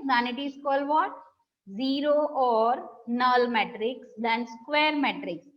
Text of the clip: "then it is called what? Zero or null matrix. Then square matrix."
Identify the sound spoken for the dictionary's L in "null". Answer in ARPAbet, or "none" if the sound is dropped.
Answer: L